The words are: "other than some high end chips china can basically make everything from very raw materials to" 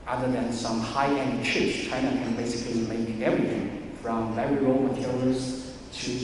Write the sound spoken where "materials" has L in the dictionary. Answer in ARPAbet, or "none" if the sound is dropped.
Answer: none